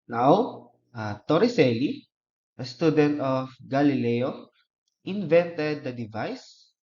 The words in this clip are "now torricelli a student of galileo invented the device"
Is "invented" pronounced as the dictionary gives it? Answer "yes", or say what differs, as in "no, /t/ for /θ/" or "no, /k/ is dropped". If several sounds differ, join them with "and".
yes